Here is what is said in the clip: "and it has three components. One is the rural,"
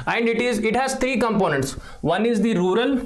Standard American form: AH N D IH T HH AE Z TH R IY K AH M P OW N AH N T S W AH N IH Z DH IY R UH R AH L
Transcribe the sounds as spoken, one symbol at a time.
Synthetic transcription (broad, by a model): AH N D IH T HH AE Z T R IY K AH M P OW N AH N T S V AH N IH Z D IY R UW R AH L